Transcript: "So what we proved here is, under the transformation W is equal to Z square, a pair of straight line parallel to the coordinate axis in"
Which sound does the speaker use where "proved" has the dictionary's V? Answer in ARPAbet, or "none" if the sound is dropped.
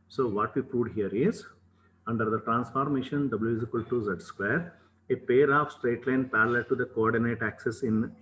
none